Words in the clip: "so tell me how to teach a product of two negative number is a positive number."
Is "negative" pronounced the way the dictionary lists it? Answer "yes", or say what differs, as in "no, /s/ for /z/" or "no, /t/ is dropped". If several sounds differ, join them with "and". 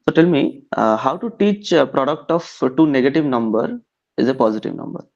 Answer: yes